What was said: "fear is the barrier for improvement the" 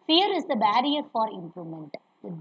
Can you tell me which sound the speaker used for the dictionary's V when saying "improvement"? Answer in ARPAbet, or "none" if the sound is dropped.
none